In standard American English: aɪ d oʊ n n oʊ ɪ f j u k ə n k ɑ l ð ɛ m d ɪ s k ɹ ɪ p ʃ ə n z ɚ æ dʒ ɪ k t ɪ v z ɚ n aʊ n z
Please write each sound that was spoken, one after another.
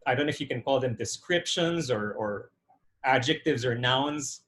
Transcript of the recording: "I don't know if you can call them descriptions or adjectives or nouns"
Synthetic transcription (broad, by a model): aɪ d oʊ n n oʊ ɪ f j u k ə n k ɑ l ð ɛ m d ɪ s k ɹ ɪ p ʃ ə n z ɚ æ dʒ ɪ k t ɪ v z ɚ n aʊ n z